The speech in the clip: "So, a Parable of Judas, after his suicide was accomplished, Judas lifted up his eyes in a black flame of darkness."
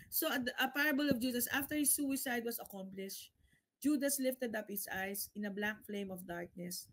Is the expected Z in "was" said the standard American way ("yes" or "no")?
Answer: no